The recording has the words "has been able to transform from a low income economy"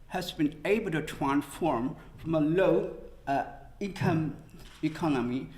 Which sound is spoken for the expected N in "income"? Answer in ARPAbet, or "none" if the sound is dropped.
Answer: none